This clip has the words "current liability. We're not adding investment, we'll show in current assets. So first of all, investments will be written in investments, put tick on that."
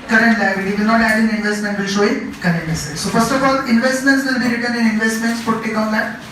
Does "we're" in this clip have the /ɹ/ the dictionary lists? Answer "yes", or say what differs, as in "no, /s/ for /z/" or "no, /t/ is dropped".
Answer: no, /l/ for /ɹ/